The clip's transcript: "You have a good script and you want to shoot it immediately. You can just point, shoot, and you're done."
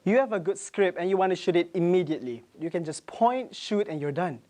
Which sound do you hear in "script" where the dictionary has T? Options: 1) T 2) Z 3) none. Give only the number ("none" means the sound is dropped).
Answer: 3